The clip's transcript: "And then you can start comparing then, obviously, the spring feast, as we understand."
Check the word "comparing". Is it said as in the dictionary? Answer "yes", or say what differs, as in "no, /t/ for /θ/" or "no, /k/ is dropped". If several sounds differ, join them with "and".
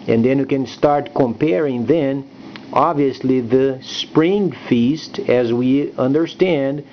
yes